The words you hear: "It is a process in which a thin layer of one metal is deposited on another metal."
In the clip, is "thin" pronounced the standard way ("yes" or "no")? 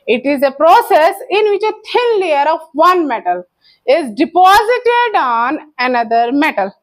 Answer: no